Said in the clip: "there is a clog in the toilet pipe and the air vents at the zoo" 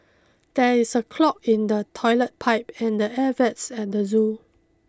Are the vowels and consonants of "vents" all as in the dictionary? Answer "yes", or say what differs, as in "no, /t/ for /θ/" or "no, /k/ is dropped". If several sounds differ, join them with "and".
no, /n/ is dropped